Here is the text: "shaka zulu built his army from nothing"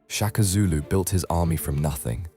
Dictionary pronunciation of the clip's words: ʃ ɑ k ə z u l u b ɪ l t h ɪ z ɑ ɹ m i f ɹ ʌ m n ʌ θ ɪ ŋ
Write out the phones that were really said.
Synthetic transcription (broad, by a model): ʃ ɑ k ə z u l u b ɪ l t h ɪ z ɑ m i f ɹ ʌ m n ʌ θ ɪ ŋ